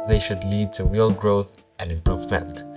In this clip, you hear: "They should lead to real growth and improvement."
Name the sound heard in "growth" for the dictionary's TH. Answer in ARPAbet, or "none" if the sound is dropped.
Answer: TH